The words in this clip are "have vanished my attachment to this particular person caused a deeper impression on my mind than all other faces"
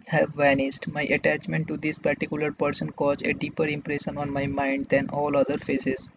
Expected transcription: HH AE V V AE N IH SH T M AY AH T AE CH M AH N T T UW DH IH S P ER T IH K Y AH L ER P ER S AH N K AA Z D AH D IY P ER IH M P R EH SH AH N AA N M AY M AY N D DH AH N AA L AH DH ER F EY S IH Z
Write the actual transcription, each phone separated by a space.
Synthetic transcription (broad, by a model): HH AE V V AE N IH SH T M AY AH T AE CH M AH N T T UW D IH S P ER T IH K Y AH L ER P ER S AH N K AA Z AH D IY P ER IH M P R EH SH AH N AA N M AY M AY N D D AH N AA L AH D ER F EY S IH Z